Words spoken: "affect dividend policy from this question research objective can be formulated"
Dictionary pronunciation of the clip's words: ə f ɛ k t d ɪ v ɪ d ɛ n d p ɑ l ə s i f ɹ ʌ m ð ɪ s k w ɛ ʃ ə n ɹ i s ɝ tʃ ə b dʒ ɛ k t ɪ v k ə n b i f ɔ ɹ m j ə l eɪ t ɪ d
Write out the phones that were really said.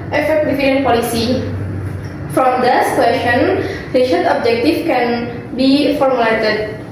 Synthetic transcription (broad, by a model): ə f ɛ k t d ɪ f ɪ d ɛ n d p ɑ l ə s i f ɹ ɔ m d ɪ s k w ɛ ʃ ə n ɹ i ʃ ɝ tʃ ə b dʒ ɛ k t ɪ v k ə n b i f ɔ ɹ m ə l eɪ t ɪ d